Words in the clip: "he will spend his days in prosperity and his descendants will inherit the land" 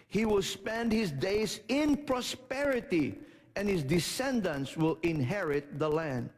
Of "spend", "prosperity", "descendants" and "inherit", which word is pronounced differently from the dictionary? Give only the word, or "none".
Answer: none